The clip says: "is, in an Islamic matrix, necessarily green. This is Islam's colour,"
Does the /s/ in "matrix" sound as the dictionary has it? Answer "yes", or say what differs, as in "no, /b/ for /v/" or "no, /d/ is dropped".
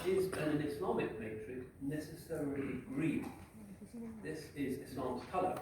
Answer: no, /s/ is dropped